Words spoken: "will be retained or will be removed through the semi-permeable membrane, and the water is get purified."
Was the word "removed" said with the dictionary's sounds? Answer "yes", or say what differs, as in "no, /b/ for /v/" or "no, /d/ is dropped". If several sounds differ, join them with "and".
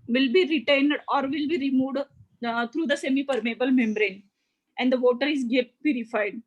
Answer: yes